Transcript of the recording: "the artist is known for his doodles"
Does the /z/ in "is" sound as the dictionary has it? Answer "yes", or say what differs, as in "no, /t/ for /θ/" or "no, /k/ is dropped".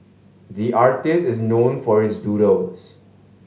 yes